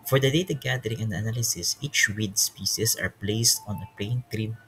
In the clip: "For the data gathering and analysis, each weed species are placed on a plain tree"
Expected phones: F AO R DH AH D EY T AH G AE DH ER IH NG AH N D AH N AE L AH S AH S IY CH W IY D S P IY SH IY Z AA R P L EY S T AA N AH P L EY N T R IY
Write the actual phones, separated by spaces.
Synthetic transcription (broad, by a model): F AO R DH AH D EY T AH G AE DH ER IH NG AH N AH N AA L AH S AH S IY CH W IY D S P IY S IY S AA R P L EY S T AA N AH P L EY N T R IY